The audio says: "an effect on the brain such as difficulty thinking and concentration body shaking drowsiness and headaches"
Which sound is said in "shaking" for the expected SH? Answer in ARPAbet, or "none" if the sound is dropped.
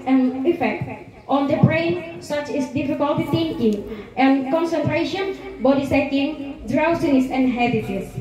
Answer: S